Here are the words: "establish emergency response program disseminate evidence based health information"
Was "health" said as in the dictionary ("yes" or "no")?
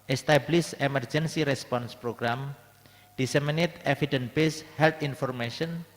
no